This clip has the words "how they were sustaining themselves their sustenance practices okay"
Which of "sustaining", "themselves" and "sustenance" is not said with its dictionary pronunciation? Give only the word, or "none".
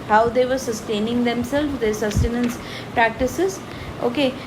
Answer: themselves